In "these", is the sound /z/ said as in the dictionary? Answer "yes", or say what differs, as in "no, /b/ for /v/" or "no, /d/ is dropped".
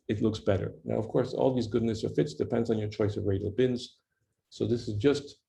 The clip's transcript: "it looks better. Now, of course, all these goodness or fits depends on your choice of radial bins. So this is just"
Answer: yes